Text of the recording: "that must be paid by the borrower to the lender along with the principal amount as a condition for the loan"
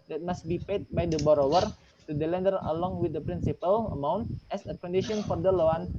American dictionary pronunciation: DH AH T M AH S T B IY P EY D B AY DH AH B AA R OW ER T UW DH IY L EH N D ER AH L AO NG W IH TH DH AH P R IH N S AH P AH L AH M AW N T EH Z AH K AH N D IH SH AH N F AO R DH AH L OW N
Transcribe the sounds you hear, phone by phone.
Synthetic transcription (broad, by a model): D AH T M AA S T B IY P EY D B AY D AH B AA R OW ER T UW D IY L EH N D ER AH L AO NG W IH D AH P R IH N S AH P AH L AH M AW N T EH S AH K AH N D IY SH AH N F AO R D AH L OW N